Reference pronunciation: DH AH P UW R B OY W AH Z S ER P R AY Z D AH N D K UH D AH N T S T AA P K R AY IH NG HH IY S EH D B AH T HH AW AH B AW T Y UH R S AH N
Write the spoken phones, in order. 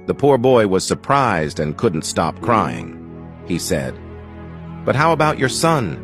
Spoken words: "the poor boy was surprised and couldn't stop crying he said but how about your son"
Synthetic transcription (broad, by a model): DH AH P UW R B OY W AH Z S ER P R AY Z D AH N K UH D N T S T AA P K R AY IH NG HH IY S EH D B AH T HH AW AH B AW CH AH R S AH N